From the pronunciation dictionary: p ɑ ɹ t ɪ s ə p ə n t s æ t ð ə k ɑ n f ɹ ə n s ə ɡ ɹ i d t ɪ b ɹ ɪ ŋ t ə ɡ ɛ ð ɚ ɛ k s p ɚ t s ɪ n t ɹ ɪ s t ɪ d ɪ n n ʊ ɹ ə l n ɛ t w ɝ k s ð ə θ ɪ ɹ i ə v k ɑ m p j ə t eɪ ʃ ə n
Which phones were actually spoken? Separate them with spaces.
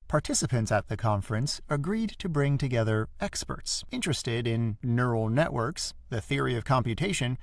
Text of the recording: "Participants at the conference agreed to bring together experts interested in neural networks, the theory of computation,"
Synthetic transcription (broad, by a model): p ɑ ɹ t ɪ s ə p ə n t s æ t ð ə k ɑ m f ɹ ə n s ə ɡ ɹ i d t ɪ b ɹ ɪ ŋ t ə ɡ ɛ ð ɚ ɛ k s p ɚ t s ɪ n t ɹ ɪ s t ɪ d ɪ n n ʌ ɹ l n ɛ t w ɝ k s ð ə θ ɪ ɹ i ə v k ɑ m p j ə t eɪ ʃ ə n